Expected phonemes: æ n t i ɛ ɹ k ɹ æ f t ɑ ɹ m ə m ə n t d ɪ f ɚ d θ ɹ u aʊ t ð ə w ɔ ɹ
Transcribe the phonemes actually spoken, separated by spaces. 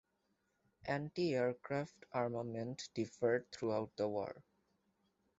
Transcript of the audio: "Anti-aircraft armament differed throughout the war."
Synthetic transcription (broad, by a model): æ n t i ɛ ɹ k ɹ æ f t ɑ ɹ m ə m ə n t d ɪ f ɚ d t ɹ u aʊ t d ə w ɔ ɹ